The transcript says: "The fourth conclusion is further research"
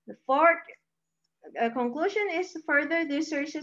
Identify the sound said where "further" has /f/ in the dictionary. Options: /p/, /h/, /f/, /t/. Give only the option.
/f/